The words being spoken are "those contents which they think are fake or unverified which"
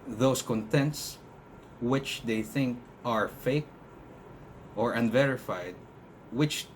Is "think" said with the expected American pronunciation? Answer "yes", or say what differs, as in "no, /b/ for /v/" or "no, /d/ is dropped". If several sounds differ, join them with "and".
yes